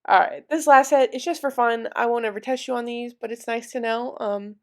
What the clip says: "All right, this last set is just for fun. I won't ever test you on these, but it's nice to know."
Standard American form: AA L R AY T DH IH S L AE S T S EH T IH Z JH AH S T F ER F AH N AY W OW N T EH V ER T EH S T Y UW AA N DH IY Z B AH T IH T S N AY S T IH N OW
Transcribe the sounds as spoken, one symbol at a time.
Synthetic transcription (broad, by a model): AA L R AY T DH IH S L AE S T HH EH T IH S JH AH S T F ER F AH N AY W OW N EH V ER T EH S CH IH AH N DH IY Z B AH T IH T S N AY S T IH N OW